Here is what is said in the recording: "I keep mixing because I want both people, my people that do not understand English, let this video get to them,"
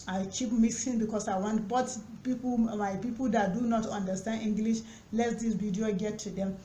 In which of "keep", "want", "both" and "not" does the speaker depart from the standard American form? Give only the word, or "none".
both